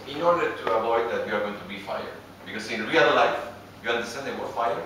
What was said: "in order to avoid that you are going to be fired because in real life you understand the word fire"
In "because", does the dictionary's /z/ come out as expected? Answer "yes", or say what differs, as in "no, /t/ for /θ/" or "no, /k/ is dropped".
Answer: no, /s/ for /z/